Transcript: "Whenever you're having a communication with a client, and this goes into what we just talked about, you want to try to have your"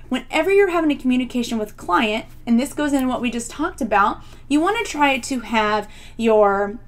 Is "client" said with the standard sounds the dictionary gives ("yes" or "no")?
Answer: yes